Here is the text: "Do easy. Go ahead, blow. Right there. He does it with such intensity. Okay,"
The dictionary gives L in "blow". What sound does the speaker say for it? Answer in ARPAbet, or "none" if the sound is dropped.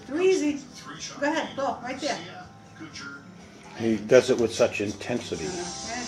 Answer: none